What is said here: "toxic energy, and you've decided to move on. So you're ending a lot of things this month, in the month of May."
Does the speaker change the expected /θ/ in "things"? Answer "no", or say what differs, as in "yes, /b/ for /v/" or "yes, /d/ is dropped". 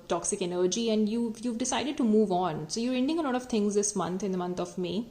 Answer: yes, /t/ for /θ/